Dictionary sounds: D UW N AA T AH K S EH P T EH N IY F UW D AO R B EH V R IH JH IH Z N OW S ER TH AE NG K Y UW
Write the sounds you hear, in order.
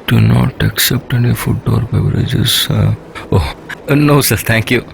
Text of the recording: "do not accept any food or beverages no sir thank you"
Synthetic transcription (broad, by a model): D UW N AA T AH K S EH P T EH N IY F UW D AO R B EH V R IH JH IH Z N OW S ER T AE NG K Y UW